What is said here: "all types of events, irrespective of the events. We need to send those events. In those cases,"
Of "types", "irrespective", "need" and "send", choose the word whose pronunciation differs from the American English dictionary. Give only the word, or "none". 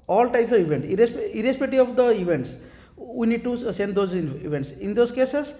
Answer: irrespective